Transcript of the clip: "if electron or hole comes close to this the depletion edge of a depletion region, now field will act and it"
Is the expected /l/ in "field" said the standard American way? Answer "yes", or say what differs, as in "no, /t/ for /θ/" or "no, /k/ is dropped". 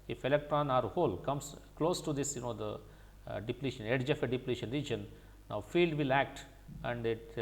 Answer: yes